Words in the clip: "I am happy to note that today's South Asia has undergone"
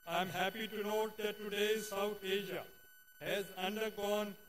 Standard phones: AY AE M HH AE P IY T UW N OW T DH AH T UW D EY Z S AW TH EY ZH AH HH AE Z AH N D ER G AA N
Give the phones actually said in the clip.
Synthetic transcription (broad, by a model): AY M HH AE P IY T UW N OW T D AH T UW D EY Z S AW T EY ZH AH HH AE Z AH N D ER G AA N